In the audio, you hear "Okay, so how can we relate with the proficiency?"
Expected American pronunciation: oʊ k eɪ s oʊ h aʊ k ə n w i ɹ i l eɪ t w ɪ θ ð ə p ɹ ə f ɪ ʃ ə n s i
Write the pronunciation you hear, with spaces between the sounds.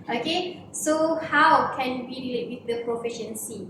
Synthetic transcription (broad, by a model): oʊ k eɪ s oʊ h aʊ k ə n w i w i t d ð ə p ɹ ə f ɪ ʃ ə n s i